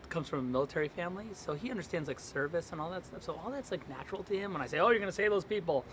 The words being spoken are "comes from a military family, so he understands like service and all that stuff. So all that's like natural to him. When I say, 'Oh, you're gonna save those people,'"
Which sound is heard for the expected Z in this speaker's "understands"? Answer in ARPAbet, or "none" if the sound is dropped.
Z